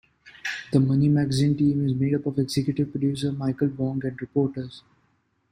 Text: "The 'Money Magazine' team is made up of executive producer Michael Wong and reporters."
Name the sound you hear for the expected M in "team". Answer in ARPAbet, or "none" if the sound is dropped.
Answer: M